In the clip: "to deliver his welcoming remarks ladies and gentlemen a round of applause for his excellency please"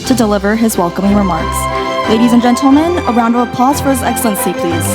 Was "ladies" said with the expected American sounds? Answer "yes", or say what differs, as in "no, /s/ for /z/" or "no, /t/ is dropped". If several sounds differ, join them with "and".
yes